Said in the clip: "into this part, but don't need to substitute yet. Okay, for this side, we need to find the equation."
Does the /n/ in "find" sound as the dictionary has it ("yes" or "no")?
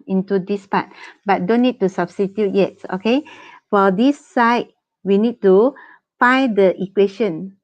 no